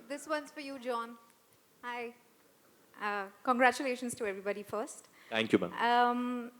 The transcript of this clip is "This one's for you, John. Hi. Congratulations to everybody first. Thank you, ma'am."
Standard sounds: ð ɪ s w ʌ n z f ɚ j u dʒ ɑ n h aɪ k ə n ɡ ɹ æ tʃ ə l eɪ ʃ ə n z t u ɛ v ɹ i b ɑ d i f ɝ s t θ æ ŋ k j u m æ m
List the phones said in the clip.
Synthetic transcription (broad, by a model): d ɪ s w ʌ n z f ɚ j u dʒ ɑ n aɪ k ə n ɡ ɹ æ tʃ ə l eɪ ʃ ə n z t u ɛ v ɹ i b ɑ d i f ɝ s t t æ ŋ k j u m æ m